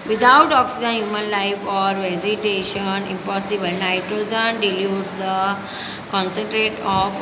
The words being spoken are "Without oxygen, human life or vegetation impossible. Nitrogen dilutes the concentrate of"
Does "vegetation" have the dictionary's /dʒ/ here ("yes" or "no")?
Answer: no